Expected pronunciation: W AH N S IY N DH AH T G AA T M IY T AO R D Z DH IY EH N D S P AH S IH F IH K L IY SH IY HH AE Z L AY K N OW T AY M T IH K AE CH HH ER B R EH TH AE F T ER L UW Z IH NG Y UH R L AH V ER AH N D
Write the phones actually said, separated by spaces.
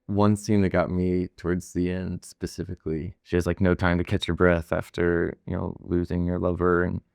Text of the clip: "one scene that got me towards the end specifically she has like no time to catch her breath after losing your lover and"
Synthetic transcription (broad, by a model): W AH N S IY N DH AH T G AA T M IY T AO R D Z DH IY EH N D S P AH S IH F IH K L IY SH IY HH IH Z L AY K N OW T AY M T IH K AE CH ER B R EH TH AE F T ER L UW Z IH NG Y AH R L AH V ER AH N